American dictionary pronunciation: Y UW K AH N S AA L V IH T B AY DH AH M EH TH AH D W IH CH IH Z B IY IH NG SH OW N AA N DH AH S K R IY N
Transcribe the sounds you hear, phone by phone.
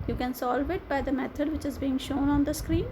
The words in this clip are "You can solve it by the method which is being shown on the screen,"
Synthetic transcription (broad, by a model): Y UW K AH N S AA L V IH T B AY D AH M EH T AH D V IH CH IH Z B IY IH NG SH OW N AA N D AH S K R IY N